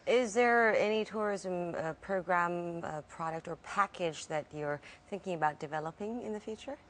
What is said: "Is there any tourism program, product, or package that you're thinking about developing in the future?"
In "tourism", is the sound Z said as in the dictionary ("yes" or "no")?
yes